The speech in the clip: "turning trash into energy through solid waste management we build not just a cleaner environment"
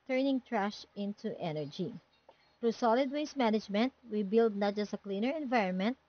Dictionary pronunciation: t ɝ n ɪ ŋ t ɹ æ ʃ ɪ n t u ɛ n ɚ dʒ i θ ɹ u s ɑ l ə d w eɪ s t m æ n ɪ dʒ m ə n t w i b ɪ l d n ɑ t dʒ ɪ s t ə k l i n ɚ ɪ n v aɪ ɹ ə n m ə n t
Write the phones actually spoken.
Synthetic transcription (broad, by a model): t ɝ n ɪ ŋ t ɹ æ ʃ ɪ n t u ɛ n ɚ dʒ i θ ɹ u s ɑ l ə d w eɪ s m æ n ɪ dʒ m ə n t w i b ɪ l d n ɑ t dʒ ɪ s t ə k l i n ɚ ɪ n v aɪ ɹ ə n m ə n t